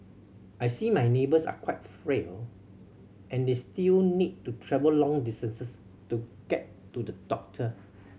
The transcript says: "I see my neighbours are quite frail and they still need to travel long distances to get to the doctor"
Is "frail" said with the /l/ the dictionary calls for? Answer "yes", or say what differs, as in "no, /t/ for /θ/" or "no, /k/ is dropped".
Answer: yes